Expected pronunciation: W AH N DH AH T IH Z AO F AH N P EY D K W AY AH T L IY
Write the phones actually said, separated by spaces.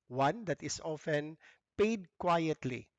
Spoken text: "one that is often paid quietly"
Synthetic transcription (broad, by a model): W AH N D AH T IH S AO F AH N P EY D K W AY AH T L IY